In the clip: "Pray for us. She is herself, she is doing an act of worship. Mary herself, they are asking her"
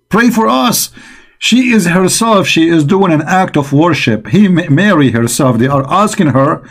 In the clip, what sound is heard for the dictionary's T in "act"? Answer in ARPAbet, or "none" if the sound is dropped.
T